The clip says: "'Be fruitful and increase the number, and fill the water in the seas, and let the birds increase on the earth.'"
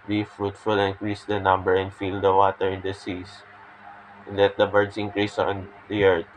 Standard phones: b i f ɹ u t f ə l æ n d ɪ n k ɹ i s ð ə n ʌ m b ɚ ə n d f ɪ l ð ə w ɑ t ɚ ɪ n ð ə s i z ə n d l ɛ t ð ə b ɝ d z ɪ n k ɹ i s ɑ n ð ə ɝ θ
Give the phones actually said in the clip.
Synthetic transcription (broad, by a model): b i f ɹ u t f ə l ɪ n k ɹ i s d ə n ʌ m b ɚ ə n d f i l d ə w ɑ t ɚ ɪ n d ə s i s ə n l ɛ t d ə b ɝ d s ɪ n k ɹ i s ɑ n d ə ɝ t